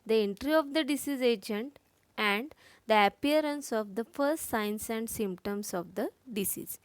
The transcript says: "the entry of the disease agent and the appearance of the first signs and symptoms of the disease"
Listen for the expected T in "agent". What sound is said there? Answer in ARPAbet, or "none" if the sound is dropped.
T